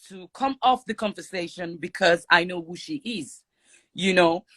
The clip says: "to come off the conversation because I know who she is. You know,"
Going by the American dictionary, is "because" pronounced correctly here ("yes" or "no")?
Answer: yes